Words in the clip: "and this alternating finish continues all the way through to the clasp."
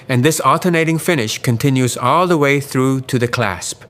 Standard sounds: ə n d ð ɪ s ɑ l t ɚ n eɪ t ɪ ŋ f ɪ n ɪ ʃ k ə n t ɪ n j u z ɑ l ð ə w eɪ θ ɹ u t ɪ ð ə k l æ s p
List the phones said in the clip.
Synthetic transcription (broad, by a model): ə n ð ɪ s ɑ l t ɚ n eɪ t ɪ ŋ f ɪ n ɪ ʃ k ə n t ɪ n j u z ɑ l ð ə w eɪ θ ɹ u t ɪ ð ə k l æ s p